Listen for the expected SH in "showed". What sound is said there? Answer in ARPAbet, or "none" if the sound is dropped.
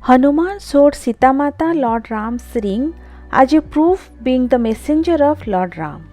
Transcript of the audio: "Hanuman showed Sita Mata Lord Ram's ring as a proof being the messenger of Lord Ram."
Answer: S